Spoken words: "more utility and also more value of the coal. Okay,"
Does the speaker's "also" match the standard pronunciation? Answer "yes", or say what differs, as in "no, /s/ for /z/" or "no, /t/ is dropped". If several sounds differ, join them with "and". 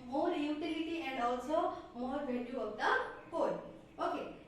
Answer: yes